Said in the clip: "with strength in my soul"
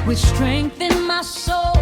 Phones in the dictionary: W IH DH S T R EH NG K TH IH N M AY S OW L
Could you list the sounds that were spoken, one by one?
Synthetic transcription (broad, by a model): W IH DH S T R EH NG K TH IH N M AY S OW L